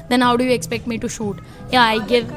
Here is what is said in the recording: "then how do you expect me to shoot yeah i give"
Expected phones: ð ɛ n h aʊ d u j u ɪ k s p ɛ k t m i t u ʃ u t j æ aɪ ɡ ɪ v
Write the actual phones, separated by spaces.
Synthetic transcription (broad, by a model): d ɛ n h aʊ d u j u ɪ k s p ɛ k t m i t u ʃ u t j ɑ aɪ ɡ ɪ v